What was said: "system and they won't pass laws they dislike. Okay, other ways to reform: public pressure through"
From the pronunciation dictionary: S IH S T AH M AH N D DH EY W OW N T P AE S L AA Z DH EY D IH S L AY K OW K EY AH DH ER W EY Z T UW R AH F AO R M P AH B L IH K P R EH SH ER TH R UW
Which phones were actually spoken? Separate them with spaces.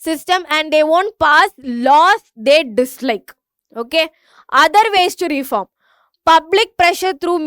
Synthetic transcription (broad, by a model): S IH S T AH M AH N D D EY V OW N T P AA S L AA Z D EY D IH S L AY K OW K EY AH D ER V EY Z T UW R AH F AO R M P AH B L IH K P R EH SH ER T R UW